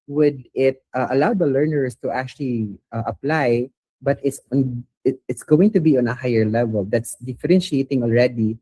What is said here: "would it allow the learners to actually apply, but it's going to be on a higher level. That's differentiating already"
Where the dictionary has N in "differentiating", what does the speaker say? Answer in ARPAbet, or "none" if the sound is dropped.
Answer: N